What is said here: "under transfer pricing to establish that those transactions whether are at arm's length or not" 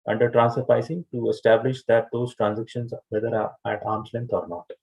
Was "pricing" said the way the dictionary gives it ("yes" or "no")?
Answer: no